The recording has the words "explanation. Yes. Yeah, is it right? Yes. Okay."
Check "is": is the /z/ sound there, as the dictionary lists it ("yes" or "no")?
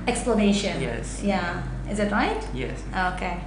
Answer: yes